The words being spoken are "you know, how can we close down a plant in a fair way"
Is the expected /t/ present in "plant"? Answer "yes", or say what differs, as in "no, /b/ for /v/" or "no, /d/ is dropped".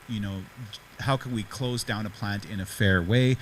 yes